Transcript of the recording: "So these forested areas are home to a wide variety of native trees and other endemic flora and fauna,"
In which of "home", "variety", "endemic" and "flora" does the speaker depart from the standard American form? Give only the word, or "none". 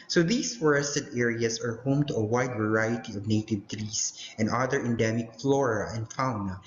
none